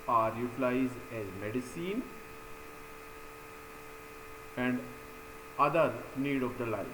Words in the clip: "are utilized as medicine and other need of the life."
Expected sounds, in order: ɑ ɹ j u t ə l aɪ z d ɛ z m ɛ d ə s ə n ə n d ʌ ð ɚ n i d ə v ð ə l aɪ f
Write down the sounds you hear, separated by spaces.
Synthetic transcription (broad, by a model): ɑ ɹ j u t l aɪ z ɛ z m ɛ d ə s ə n ə n d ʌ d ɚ n i d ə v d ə l aɪ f